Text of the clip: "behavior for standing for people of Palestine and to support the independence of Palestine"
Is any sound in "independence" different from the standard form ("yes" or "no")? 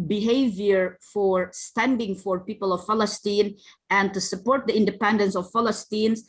no